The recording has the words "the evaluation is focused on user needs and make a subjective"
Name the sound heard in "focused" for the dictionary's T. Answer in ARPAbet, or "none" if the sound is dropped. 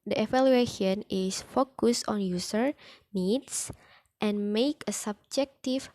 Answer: none